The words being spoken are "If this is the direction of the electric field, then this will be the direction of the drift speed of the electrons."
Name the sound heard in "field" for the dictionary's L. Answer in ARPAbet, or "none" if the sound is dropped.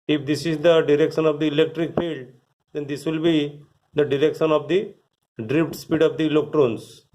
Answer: L